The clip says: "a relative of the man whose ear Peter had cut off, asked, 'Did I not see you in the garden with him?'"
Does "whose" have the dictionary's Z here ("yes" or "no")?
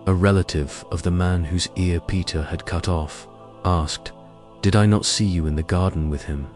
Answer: yes